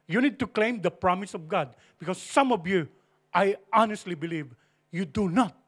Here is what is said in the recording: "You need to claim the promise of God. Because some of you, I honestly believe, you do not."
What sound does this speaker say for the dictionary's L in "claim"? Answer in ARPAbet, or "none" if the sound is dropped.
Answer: L